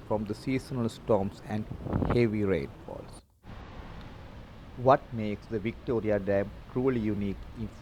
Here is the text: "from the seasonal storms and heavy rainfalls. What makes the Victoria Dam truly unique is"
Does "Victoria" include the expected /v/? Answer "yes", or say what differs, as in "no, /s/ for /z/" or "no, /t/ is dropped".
yes